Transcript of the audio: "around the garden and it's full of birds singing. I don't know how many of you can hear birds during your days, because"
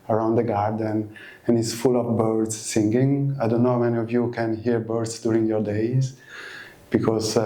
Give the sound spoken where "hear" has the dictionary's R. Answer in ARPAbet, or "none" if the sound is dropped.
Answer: R